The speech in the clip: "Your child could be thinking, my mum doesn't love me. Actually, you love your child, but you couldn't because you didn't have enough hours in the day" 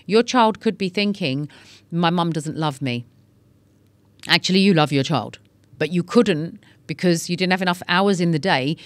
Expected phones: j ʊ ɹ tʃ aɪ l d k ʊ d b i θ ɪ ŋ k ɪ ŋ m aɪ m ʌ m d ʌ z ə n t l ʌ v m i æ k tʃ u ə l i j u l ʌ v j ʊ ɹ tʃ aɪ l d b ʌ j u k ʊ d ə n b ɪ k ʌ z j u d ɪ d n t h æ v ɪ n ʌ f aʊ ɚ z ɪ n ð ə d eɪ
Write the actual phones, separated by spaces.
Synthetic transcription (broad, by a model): j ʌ ɹ tʃ aɪ l d k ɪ d b i θ ɪ ŋ k ɪ ŋ m aɪ m ʌ m d ʌ z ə n t l ʌ v m i æ k tʃ u ə l i j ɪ l ʌ v j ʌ ɹ tʃ aɪ l d b ʌ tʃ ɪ k ʊ d n b ɪ k ʌ z j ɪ d ɪ d n t h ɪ v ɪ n ʌ f aʊ ɚ z ɪ n ð ə d eɪ